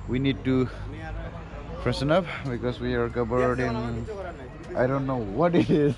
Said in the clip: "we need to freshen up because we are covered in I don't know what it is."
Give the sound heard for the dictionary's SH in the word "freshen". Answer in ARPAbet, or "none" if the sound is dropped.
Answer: S